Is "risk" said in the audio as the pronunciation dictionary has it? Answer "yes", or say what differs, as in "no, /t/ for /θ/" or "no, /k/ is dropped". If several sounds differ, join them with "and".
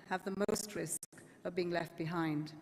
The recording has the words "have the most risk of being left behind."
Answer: yes